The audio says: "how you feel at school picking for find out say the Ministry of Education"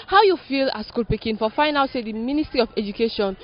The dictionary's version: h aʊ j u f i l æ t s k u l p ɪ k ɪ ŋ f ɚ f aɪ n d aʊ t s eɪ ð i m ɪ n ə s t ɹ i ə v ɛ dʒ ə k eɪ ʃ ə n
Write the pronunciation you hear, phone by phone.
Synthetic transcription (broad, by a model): h aʊ j u f i l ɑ s k u l p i k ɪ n f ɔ f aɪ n aʊ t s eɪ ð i m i n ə s t ɹ i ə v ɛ dʒ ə k eɪ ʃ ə n